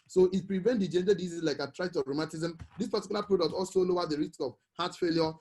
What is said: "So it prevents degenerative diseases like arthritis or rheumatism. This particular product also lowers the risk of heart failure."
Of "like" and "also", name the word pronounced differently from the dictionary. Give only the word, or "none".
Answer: none